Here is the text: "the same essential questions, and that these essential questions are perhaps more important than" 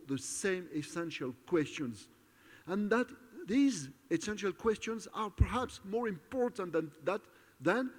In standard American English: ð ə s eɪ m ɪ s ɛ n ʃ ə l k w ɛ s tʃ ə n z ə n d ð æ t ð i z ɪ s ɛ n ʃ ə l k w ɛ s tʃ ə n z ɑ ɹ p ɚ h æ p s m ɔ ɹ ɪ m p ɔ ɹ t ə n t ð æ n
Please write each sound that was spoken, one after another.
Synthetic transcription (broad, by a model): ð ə s eɪ m ɪ s ɛ n ʃ ə l k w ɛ s tʃ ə n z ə n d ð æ t ð i z ɪ s ɛ n ʃ ə l k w ɛ s tʃ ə n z ɑ ɹ p ɚ h æ p s m ɔ ɹ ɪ m p ɔ ɹ t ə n t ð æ n